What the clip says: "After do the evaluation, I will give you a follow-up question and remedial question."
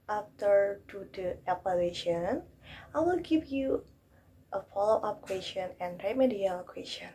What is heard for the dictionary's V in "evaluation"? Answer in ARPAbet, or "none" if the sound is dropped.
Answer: P